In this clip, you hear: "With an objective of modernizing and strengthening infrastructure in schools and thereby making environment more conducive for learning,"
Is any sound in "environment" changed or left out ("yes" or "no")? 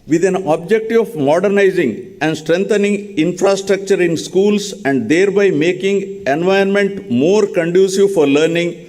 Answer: yes